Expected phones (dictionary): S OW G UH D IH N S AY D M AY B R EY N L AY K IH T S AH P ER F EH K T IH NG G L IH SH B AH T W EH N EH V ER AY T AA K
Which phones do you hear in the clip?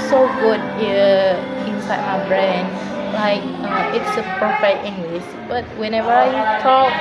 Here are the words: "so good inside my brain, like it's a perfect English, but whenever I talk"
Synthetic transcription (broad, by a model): S OW G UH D IH N S AY D M AY B R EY N L AY K IH T S AH P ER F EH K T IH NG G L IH S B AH T W EH N EH V ER AY T AA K